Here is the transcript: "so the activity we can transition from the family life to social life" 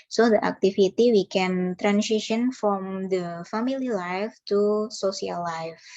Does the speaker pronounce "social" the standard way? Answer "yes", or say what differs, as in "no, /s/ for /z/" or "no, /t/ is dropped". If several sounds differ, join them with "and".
no, /s/ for /ʃ/